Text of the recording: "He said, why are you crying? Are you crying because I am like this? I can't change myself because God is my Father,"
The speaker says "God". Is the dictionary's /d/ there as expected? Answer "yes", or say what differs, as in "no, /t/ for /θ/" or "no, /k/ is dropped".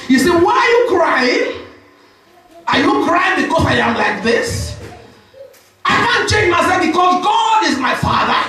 yes